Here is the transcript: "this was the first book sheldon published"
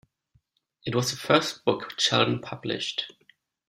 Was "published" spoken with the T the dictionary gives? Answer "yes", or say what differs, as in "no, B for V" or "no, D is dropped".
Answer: yes